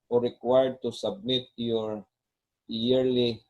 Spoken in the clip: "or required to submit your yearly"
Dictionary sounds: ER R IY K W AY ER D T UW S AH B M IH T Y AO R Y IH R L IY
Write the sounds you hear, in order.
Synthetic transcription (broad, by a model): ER R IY K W AY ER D T UW S AH B M IH T Y AO R Y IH R L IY